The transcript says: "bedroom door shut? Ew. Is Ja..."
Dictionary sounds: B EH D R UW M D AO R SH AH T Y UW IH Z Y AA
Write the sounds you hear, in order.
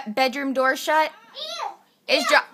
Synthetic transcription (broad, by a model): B EH D R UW M D AO R SH AH T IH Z